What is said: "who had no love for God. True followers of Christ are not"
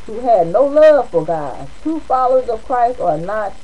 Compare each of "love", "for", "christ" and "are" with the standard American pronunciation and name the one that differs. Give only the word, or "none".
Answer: none